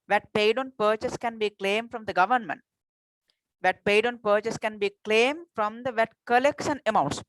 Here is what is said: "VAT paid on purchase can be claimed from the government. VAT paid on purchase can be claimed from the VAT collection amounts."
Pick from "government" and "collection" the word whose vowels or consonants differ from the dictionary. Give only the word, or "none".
collection